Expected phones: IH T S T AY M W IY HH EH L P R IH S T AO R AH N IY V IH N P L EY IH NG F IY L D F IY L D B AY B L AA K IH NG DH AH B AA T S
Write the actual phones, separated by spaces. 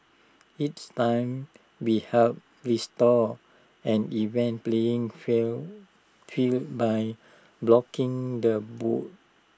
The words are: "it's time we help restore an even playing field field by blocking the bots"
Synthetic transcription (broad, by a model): IH T S T AY M W IY HH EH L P R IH S T AO AH N IY V IH N P L EY IH NG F F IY L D B AY B L AA K IH NG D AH B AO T